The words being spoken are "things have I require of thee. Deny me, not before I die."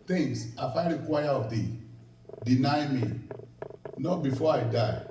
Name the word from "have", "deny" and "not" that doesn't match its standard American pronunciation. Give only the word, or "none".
have